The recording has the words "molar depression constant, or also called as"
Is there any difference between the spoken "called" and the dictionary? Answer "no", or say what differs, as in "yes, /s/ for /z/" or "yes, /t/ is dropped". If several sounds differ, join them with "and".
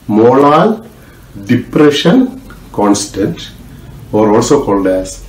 no